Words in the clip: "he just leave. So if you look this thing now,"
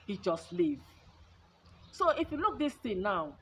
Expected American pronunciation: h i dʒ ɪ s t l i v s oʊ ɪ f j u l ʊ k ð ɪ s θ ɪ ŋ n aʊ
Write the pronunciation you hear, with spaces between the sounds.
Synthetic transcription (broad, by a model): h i dʒ ɪ s t l i v s oʊ ɪ f j u l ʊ k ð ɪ s t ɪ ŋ n aʊ